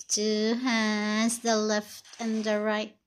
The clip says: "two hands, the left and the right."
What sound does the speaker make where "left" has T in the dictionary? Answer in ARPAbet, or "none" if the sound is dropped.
T